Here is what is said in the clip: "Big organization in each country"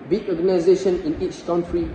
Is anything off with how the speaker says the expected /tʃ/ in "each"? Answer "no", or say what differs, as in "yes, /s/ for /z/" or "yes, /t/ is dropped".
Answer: no